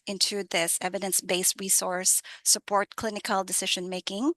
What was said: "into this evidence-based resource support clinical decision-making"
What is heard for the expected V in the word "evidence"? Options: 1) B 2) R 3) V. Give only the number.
3